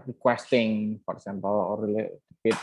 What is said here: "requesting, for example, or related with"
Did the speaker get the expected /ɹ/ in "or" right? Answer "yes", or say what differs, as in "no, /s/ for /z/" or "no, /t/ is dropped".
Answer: no, /l/ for /ɹ/